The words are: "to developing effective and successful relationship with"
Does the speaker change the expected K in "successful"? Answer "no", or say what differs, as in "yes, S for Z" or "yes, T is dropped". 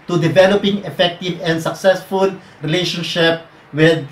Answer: no